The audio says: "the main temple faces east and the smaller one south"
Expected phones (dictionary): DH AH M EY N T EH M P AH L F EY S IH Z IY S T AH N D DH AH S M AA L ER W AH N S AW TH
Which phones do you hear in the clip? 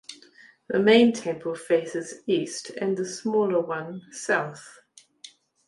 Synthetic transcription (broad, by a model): DH AH M EY N T EH M P AH L F EY S IH Z IY S T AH N DH AH S M AA L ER W AH N S AW TH